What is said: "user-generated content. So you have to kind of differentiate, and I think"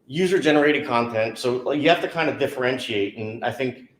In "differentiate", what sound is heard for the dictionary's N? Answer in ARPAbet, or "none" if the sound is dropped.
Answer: N